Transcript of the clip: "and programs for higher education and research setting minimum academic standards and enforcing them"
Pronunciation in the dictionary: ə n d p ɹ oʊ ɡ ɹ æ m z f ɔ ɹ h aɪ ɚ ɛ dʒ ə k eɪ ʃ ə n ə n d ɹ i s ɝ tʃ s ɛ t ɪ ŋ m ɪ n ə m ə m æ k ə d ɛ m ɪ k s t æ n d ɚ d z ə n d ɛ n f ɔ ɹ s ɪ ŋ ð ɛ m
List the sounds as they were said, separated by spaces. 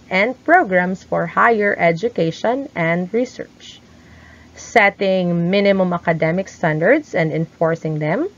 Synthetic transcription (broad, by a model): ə n d p ɹ oʊ ɡ ɹ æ m s f ɔ ɹ h aɪ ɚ ɛ dʒ ə k eɪ ʃ ə n ə n d ɹ i s ɝ tʃ s ɛ t ɪ ŋ m ɪ n ə m ə m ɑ k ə d ɛ m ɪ k s t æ n d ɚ d s ə n d ɛ n f ɔ ɹ s ɪ ŋ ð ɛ m